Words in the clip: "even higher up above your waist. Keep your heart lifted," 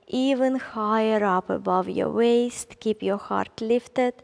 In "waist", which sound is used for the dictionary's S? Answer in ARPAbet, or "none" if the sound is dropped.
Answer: S